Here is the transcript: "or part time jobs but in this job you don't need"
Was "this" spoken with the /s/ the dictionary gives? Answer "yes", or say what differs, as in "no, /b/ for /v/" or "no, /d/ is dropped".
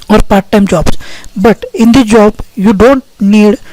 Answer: no, /s/ is dropped